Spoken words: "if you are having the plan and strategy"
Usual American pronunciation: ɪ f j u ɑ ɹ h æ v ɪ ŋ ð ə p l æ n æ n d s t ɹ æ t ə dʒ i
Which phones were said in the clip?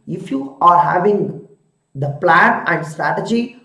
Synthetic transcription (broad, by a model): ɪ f j u ɑ ɹ h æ v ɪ ŋ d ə p l æ n æ n d s t ɹ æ t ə dʒ i